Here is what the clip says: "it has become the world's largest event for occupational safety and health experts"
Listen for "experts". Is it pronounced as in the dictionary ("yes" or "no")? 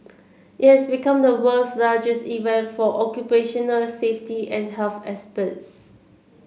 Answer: no